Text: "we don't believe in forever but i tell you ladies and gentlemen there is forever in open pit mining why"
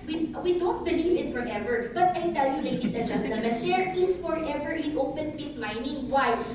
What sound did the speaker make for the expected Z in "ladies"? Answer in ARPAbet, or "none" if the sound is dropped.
S